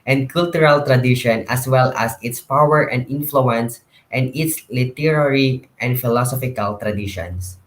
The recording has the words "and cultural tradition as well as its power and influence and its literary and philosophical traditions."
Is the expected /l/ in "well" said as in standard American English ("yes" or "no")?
yes